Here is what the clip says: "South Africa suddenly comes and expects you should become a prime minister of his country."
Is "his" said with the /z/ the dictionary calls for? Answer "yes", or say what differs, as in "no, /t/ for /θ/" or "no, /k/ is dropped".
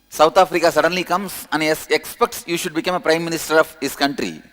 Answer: no, /s/ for /z/